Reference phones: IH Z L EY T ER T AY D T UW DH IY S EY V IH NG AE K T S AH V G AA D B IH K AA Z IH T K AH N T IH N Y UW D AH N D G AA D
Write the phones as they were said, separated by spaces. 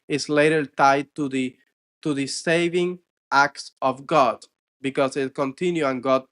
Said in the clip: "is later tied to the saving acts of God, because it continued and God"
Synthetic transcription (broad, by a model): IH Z L EY T ER T AY D T UW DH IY S EY V IH NG AE K T S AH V G AA D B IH K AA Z IH T K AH N T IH N Y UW AH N G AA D